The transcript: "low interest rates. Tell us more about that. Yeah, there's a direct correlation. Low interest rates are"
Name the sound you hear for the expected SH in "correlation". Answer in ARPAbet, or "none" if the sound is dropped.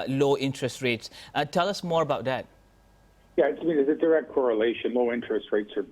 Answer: SH